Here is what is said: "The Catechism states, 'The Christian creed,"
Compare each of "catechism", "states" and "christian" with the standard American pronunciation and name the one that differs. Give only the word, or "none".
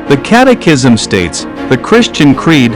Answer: none